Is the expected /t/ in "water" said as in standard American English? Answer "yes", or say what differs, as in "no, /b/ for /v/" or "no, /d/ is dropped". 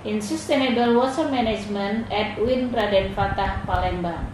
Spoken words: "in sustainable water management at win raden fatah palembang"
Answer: no, /s/ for /t/